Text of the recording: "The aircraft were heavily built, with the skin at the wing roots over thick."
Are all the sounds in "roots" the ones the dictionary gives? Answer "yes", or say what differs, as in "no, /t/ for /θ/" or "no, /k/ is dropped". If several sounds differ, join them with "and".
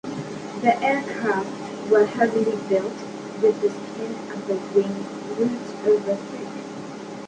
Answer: no, /s/ is dropped